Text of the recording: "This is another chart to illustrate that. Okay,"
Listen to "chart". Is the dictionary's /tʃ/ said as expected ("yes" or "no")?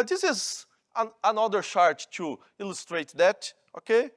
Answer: no